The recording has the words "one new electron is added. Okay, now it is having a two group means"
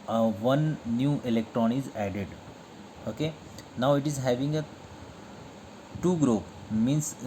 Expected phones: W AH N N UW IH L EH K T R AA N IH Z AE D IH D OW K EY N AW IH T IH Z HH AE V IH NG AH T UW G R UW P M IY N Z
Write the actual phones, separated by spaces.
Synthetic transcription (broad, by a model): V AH N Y UW IH L EH K T R AA N IH Z AE D IH D OW K EY N AW IH T IH Z HH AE V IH NG AH T UW G R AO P M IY N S